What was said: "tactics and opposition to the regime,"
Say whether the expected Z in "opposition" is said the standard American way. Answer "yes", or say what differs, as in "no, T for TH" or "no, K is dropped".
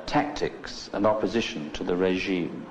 yes